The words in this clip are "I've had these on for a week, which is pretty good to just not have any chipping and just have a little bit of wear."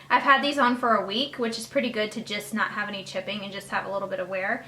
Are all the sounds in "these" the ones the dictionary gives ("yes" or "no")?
yes